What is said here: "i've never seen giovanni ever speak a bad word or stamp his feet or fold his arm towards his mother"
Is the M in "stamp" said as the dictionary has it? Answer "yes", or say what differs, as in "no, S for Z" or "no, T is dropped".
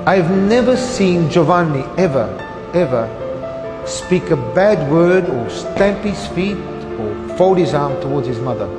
yes